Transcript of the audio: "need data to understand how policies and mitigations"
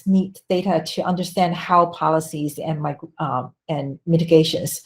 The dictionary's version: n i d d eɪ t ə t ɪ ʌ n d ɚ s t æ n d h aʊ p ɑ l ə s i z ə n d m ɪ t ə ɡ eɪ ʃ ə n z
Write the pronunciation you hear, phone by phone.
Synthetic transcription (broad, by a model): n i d d eɪ t ə t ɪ ʌ n d ɚ s t æ n d h aʊ p ɑ l ə s i z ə n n m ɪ t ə ɡ eɪ ʃ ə n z